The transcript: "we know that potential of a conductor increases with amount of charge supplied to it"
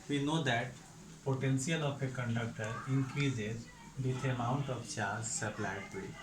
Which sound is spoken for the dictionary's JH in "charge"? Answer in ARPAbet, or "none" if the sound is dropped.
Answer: Z